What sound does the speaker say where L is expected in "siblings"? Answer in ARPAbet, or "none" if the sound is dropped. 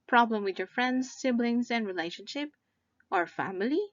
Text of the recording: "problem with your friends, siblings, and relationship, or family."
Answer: L